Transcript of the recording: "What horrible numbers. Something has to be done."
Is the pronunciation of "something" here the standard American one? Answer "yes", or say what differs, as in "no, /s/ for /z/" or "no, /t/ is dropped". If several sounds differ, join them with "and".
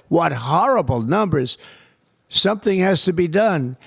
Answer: yes